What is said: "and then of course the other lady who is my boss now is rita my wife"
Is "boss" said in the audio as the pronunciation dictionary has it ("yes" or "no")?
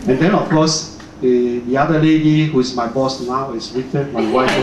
yes